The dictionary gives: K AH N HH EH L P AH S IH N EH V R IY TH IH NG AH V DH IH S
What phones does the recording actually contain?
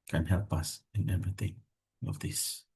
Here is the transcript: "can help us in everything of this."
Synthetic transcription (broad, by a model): K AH N HH EH L P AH S IH N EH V IY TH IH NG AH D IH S